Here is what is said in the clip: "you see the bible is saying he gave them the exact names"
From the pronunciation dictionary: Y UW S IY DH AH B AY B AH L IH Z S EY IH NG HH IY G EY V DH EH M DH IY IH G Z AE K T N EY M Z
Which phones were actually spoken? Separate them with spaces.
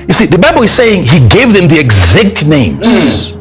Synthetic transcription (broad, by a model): Y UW S IY DH AH B AY B AH L IH Z S EY IH NG HH IY G EY V DH EH M DH IY IH G Z AE K T N EY M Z